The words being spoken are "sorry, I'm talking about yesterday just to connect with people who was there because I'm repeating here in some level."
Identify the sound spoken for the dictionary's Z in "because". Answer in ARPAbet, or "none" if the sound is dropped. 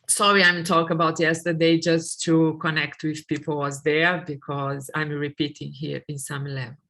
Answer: Z